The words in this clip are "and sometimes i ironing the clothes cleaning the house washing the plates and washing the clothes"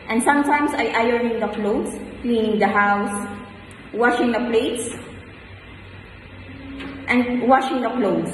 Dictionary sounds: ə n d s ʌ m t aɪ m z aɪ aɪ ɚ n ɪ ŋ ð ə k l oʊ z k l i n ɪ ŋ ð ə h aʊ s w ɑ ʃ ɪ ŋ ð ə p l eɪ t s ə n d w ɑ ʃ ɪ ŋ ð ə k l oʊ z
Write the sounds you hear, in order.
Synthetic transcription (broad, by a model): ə n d s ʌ m t aɪ m s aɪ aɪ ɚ ɪ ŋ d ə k l oʊ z k l i n ɪ ŋ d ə h aʊ s w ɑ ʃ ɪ ŋ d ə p l eɪ t s ə n d w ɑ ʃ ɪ ŋ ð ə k l oʊ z